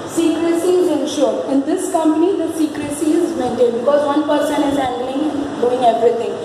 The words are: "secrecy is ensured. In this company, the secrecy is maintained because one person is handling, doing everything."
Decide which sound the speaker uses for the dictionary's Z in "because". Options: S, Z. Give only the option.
Z